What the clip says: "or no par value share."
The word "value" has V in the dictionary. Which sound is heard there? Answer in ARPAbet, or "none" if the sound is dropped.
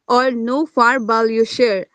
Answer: B